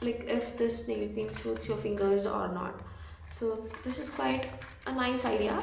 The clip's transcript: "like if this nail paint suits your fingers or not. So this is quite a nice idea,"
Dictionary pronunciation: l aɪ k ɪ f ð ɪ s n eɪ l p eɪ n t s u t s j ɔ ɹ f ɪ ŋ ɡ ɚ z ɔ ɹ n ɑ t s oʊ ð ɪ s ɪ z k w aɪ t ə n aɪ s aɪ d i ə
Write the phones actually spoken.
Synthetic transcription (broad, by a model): l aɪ k ɪ f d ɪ s n eɪ l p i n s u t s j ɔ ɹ f ɪ ŋ ɡ ɚ z ɔ ɹ n ɑ t s oʊ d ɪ s ɪ z k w aɪ t ə n aɪ s aɪ d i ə